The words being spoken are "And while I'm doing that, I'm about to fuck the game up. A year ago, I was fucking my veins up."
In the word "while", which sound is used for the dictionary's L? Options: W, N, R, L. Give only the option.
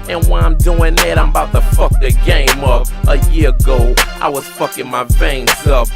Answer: N